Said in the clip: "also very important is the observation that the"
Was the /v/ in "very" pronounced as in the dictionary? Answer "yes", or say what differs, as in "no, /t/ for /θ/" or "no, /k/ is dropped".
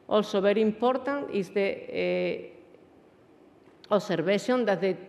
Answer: no, /b/ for /v/